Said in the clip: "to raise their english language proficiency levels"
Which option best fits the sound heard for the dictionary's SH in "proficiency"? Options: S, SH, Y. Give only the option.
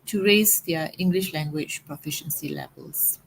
SH